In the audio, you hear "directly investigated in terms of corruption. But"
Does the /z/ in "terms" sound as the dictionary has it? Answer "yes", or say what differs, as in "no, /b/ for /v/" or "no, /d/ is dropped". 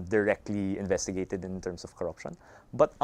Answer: no, /s/ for /z/